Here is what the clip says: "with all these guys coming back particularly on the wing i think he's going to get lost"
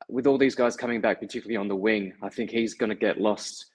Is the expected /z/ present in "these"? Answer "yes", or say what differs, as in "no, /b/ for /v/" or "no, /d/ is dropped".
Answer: yes